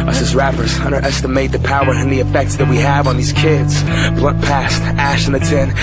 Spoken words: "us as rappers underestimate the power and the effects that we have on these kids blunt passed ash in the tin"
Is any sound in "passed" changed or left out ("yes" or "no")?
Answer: no